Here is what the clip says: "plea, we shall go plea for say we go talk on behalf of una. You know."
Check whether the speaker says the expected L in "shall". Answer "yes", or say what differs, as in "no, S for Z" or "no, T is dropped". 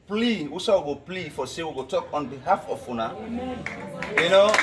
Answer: no, W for L